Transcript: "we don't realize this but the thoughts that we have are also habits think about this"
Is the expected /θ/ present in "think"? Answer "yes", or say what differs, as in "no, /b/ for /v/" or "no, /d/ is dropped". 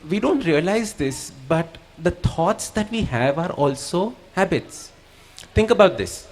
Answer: no, /t/ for /θ/